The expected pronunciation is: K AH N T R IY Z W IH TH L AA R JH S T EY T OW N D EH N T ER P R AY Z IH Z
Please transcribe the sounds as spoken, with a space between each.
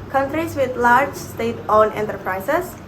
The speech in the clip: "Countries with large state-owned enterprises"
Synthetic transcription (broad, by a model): K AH N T R IY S W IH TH L AA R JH S T EY T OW N EH N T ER P R AY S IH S